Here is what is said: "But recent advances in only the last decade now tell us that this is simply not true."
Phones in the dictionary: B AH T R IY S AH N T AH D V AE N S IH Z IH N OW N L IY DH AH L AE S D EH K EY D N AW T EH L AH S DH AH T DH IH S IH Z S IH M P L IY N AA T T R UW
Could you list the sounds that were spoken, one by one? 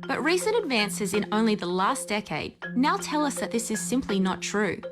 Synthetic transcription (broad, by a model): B AH T R IY S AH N T AH D V AE N S IH Z IH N OW N L IY DH AH L AE S D EH K EY D N AW T EH L AH S DH AH T DH IH S IH Z S IH M P L IY N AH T T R UW